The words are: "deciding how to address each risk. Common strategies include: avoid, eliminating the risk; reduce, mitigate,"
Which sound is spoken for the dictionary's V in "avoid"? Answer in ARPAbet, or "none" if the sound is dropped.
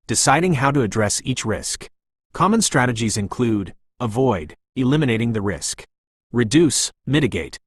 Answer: V